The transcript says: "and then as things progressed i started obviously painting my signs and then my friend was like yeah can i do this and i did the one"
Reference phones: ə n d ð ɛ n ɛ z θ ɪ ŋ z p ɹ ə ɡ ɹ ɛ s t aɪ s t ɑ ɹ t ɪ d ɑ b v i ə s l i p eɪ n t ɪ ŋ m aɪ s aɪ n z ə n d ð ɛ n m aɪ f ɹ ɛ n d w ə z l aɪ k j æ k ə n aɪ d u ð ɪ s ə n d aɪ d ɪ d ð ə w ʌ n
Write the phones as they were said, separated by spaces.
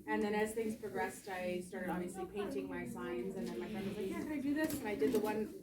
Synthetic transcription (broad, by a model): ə n ð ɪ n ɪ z θ ɪ ŋ z p ɹ ə ɡ ɹ ɛ s t aɪ s t ɑ ɹ t ɪ d ɑ b v i ə s l i p eɪ n t ɪ ŋ m aɪ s aɪ n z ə n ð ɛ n m aɪ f ɹ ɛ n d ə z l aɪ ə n aɪ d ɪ ð ɪ s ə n aɪ d ɪ d ð ə w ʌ n